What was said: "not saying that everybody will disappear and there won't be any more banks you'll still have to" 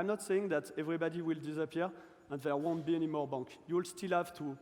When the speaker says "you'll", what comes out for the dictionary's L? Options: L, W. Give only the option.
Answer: L